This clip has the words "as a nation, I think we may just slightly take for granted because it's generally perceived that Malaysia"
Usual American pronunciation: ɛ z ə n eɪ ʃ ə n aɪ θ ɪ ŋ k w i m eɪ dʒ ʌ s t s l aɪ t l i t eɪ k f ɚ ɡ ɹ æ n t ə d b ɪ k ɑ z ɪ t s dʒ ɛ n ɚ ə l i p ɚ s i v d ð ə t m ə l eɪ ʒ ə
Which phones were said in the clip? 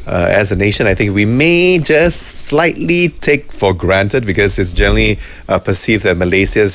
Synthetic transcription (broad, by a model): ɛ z ə n eɪ ʃ ə n aɪ θ ɪ ŋ k w i m eɪ dʒ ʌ s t s l aɪ t l i t eɪ k f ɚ ɡ ɹ æ n t ə d b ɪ k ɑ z ɪ t s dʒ ɛ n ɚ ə l i p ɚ s i v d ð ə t m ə l eɪ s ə